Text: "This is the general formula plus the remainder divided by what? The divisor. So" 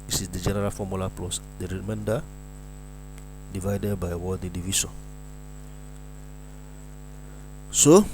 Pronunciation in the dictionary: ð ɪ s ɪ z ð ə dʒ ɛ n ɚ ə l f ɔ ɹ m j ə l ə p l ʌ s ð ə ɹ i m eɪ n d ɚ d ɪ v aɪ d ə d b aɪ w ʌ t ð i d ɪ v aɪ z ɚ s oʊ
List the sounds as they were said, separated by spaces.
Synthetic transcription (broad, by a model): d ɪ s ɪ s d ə dʒ ɛ n ɚ ə l f ɔ m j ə l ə p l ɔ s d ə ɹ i m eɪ n d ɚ d ɪ v aɪ d ə d b aɪ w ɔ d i d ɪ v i s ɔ s oʊ